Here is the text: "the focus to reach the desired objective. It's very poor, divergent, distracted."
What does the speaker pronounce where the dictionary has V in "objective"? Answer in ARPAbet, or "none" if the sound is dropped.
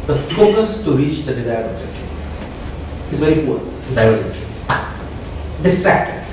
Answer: none